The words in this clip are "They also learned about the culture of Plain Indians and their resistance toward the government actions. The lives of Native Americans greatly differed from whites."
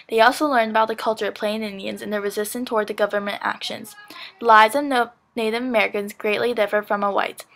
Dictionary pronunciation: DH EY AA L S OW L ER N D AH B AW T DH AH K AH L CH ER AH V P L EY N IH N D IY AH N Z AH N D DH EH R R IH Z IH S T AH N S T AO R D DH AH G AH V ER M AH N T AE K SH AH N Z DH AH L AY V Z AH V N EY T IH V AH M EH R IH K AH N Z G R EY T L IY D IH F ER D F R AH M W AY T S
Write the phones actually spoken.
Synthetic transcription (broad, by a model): DH EY AA L S OW L ER N D AH B AW T DH AH K AH L CH ER AH V P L EY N IH N D IY AH N Z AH N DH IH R R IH Z IH S T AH N T AO R D DH AH G AH V ER M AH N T AE K SH AH N Z DH AH L AY Z AH V N EY T IH V AH M EH R IH K AH N Z G R EY T L IY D IH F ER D F R AH M W AY T